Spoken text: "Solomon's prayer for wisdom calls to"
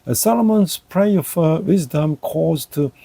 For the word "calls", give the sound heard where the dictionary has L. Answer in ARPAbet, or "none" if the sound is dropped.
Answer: none